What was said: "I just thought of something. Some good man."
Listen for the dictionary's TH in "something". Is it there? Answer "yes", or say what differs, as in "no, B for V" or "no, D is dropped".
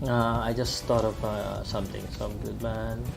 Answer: no, T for TH